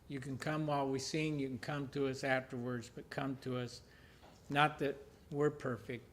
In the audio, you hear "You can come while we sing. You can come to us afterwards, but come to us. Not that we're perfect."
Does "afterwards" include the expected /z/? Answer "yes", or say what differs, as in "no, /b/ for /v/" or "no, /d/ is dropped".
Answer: yes